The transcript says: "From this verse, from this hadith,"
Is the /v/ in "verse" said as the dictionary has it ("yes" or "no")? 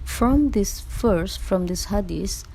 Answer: no